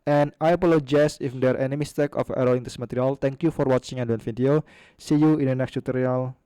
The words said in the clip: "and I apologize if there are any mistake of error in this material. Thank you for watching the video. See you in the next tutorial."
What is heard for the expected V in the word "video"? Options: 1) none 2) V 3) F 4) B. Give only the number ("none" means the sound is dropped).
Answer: 3